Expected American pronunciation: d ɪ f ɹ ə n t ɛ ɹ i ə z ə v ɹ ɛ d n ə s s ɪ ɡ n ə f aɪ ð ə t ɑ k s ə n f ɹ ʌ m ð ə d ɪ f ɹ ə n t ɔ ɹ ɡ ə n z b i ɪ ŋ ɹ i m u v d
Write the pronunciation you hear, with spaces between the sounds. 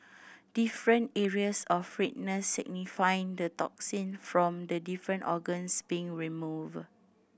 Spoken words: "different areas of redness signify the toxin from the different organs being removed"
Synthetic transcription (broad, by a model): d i f ɹ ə n t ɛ ɹ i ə s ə f ɹ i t n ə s s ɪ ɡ n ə f aɪ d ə t ɑ k s ə n f ɹ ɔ m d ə d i f ɹ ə n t ɔ ɡ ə n s b i ɪ ŋ ɹ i m u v